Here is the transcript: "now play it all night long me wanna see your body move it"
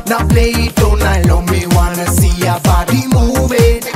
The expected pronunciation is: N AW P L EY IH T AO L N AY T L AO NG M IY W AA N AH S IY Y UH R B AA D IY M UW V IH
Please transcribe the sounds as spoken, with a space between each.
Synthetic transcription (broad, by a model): N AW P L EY IH T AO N AY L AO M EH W AA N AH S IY Y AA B AA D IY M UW B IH